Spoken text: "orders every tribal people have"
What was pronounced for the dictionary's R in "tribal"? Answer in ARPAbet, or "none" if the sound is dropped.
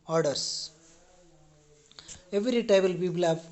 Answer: none